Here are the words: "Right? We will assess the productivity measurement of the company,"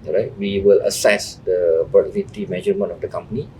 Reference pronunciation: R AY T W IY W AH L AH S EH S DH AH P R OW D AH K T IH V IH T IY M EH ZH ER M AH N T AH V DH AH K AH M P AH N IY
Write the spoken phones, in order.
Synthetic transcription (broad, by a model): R AY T W IY W AH L AH S EH S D AH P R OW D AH T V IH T IY M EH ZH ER M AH N AH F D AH K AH M P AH N IY